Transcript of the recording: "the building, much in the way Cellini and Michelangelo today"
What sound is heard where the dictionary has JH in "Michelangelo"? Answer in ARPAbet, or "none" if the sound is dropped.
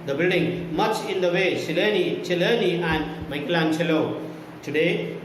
CH